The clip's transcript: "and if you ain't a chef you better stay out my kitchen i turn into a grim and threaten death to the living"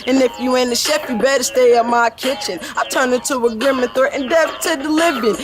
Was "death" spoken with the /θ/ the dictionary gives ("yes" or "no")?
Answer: no